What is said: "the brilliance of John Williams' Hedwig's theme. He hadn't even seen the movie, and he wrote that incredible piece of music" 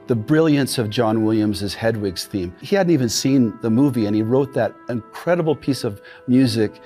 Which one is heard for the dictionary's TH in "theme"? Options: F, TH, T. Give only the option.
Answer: TH